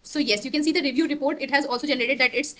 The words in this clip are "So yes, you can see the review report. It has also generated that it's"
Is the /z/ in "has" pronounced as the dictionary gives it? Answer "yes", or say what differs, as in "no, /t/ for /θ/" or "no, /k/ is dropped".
yes